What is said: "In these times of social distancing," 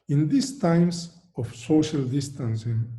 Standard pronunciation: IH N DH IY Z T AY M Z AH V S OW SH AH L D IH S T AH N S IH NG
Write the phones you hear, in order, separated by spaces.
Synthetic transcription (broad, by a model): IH N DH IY S T AY M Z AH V S OW SH AH L D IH S T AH N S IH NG